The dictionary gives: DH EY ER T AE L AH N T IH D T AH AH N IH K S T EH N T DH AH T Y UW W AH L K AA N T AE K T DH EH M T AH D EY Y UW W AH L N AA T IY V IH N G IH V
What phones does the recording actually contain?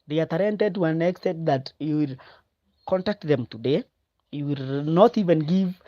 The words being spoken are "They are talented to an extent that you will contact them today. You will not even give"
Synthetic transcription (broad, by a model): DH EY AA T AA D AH N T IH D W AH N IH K S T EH T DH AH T Y UW W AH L K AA N T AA K T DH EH M T AH D EY Y UW W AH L N AA T IY V IH N G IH V